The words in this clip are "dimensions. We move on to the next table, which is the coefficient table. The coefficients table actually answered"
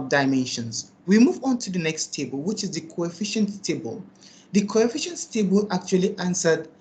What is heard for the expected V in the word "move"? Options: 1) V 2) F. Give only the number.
1